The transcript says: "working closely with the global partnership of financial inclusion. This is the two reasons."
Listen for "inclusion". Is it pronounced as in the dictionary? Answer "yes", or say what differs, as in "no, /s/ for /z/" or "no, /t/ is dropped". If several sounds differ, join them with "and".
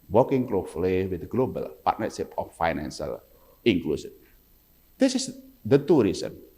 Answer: no, /s/ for /ʒ/